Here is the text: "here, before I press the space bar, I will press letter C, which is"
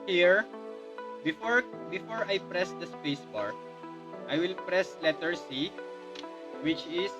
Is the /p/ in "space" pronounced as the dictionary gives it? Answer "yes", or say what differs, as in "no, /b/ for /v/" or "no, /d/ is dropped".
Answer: yes